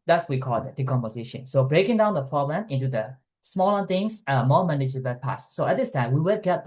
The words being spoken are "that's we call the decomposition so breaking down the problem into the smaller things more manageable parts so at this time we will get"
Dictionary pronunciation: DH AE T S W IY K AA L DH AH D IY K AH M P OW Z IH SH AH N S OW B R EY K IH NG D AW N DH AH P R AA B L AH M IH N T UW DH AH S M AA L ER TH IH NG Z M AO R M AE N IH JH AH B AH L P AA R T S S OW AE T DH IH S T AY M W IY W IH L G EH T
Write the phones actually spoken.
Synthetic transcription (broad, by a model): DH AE T S W IY K AA L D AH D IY K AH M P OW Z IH SH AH N S OW B R EY K IH NG D AW N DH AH P R AA B L AH M IH N T UW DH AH S M AA L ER T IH NG S M AO M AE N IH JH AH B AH P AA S S OW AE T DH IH S T AY M W IY W IH L G EH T